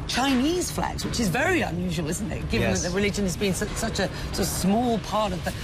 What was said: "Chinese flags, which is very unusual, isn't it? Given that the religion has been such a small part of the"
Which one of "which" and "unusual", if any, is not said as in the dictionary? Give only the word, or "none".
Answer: none